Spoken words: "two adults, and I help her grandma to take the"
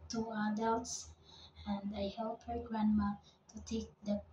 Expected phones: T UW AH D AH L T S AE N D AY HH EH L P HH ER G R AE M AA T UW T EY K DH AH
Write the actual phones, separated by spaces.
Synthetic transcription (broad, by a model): T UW AH D AH L T S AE N D AY HH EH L P HH ER G R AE M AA T UW T EY K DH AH